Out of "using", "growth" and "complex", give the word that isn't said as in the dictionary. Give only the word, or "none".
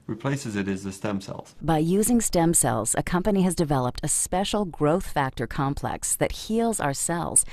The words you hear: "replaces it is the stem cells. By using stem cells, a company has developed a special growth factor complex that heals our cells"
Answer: none